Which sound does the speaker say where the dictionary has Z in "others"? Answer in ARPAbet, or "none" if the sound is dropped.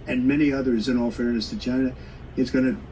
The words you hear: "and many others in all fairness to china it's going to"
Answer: Z